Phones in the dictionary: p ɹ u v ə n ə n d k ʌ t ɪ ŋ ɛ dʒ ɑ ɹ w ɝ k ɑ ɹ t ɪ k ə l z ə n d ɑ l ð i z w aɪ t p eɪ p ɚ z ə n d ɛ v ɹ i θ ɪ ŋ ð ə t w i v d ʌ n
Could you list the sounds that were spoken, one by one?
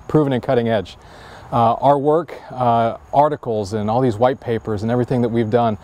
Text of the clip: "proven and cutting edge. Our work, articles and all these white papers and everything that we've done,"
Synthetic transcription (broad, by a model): p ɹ u v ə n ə n k ʌ t ɪ ŋ ɛ dʒ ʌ ɹ w ɝ k ɑ ɹ t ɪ k l z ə n ɑ l ð i z w aɪ t p eɪ p ɚ z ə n ɛ v ɹ i θ ɪ ŋ ð ə t w i v d ʌ n